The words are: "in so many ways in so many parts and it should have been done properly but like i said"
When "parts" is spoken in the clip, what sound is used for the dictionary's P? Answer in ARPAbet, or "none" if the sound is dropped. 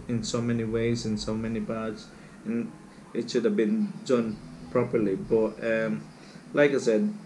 B